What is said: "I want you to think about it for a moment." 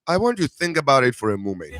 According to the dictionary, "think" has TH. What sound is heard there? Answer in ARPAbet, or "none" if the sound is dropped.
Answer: TH